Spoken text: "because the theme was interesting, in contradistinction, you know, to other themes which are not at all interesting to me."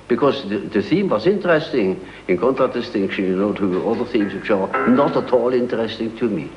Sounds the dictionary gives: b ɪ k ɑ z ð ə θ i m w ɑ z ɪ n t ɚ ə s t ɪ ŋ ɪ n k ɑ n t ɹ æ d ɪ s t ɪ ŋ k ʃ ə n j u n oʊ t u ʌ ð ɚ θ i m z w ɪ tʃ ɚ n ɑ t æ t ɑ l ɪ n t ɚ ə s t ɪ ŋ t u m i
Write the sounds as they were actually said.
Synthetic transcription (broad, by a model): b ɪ k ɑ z ð ə θ i m w ɑ z ɪ n t ɚ ə s t ɪ ŋ ɪ n k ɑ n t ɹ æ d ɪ s t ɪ ŋ k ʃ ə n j n oʊ t u ʌ ð ɚ θ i m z w ɪ tʃ ɚ n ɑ t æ t ɑ l ɪ n t ɚ ə s t ɪ ŋ t u m i